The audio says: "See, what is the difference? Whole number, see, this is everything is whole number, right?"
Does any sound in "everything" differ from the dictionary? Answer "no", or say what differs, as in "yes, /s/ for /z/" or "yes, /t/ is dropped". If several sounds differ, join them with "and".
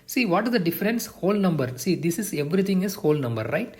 yes, /t/ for /θ/